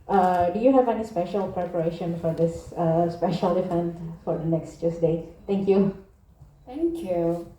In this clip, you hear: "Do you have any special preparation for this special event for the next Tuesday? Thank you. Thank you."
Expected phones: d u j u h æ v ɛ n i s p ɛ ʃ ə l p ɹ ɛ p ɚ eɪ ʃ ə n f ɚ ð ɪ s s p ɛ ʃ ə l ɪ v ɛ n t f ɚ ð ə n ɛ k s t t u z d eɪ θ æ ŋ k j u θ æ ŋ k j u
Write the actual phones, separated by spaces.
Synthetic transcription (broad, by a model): d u j u h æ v ɛ n i s p ɛ ʃ ə l p ɹ ɛ p ɚ eɪ ʃ ə n f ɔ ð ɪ s s p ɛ ʃ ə l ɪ f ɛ n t f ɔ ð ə n ɛ k s t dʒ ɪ s d eɪ t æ ŋ k j u t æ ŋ k j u